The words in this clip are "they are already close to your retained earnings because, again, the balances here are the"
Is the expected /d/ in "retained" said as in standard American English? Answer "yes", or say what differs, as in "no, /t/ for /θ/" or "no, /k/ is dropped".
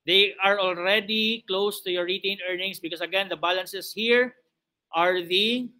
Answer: no, /d/ is dropped